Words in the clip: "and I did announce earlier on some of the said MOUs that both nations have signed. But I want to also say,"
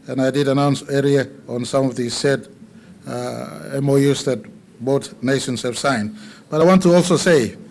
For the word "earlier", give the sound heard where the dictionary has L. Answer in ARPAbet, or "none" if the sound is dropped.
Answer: none